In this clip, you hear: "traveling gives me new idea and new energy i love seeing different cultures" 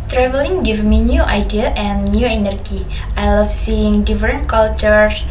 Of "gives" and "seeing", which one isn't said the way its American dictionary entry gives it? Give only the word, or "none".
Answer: gives